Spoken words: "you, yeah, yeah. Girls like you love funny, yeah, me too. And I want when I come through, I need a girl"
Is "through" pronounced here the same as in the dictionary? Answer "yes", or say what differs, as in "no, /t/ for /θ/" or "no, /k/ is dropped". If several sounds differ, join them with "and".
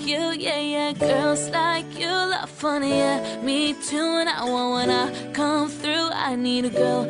yes